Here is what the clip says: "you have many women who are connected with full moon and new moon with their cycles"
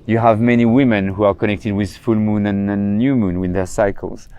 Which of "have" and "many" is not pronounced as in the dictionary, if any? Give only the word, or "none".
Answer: none